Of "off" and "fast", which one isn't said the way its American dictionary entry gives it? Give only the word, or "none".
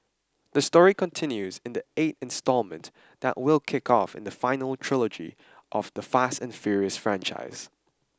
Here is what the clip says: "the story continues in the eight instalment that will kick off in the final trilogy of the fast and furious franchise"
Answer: none